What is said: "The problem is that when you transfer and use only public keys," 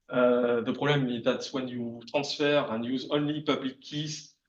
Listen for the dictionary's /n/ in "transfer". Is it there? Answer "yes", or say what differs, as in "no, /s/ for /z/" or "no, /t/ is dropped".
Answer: no, /n/ is dropped